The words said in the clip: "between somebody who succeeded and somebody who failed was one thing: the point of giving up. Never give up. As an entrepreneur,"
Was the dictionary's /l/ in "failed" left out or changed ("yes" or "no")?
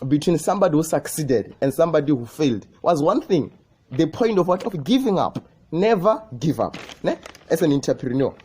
no